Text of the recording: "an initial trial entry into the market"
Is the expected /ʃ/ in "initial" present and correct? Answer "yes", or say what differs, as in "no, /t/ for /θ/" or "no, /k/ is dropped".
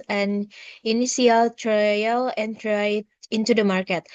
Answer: no, /s/ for /ʃ/